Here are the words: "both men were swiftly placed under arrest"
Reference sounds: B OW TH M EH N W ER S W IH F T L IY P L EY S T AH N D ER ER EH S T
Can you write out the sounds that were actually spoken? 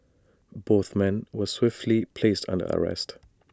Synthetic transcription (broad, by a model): B OW TH M EH N W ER S W IH F T L IY P L EY S T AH N D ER ER EH S T